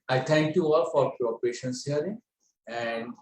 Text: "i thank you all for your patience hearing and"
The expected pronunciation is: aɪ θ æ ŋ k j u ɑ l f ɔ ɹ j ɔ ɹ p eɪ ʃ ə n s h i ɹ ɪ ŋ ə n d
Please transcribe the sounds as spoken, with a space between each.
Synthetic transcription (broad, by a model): aɪ t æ ŋ k j u ɑ l f ɔ ɹ j ɔ ɹ p eɪ ʃ ə n s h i ɹ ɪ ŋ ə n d